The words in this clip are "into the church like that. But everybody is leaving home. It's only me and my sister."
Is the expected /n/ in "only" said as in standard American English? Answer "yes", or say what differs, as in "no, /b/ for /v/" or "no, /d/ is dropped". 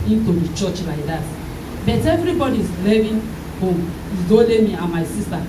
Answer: no, /n/ is dropped